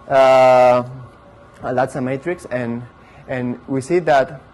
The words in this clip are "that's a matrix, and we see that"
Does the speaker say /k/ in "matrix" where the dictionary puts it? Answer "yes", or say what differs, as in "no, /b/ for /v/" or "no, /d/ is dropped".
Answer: yes